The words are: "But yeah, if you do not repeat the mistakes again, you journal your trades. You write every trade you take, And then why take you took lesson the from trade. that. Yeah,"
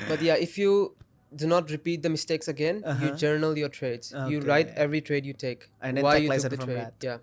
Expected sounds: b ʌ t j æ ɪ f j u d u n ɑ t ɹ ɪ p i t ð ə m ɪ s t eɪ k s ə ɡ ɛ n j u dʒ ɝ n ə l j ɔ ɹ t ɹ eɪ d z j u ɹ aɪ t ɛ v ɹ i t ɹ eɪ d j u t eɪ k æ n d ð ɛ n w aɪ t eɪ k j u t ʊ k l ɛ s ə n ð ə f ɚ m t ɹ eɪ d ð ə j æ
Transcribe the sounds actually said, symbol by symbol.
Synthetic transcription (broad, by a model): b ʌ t j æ ɪ f j u d u n ɑ t ɹ ɪ p i t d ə m ɪ s t eɪ k s ə ɡ ɛ n j u dʒ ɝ n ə l j ɔ ɹ t ɹ eɪ d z j u ɹ aɪ t ɛ v ɹ i t ɹ eɪ d j u t eɪ k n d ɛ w aɪ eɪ j u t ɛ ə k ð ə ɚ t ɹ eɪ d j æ